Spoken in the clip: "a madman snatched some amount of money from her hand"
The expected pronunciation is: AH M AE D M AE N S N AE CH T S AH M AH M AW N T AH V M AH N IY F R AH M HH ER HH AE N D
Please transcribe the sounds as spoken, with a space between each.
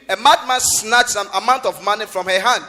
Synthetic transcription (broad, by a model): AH M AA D M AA N S N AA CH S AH AH M AW N T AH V M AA N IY F R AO M HH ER HH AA N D